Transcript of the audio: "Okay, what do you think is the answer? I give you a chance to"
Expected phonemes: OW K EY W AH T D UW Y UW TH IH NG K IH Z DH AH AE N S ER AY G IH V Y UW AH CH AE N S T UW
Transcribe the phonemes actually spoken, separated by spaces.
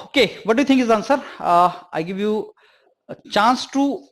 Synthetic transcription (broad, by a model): OW K EY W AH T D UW Y UW T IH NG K IH Z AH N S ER AY G IH V Y UW CH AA N S T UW